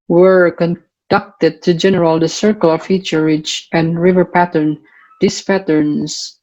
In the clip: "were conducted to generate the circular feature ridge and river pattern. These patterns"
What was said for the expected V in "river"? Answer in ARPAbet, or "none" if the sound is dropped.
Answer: V